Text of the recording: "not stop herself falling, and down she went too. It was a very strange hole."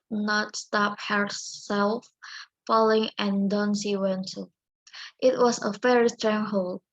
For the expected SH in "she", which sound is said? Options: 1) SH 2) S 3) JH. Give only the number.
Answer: 2